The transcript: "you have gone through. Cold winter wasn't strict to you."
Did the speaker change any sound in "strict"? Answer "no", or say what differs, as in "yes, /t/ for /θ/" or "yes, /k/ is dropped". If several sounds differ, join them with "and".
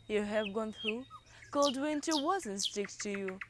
yes, /ɹ/ is dropped